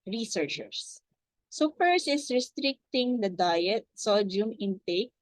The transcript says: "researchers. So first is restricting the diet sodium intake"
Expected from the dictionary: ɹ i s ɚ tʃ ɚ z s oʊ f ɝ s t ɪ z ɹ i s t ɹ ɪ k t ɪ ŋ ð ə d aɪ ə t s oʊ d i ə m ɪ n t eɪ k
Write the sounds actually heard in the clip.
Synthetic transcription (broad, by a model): ɹ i s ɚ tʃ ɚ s s oʊ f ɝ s ɪ s ɹ i s t ɹ ɪ k t ɪ ŋ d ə d aɪ ə t s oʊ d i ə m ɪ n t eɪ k